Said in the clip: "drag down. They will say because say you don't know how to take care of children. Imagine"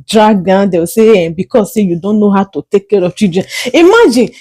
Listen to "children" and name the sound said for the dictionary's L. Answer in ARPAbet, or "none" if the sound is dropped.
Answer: none